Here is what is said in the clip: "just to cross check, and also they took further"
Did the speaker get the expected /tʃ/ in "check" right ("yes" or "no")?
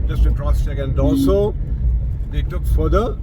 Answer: no